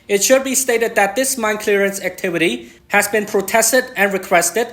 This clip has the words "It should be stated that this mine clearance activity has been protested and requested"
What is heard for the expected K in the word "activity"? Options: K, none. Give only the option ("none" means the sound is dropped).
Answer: K